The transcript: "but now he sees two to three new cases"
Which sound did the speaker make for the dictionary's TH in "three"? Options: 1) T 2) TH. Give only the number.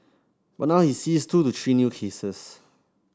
1